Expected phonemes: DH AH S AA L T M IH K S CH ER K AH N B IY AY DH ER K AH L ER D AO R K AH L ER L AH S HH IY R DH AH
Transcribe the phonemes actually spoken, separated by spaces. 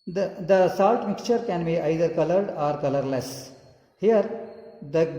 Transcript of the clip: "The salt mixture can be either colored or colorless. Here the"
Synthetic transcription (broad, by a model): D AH S AA L T M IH K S CH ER K AH N B IY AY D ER K AH L ER D AO R K AH L ER L AH S HH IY R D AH